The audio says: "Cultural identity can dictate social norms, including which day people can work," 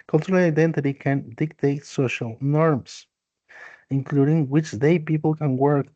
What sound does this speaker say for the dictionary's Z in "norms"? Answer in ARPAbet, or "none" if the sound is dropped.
S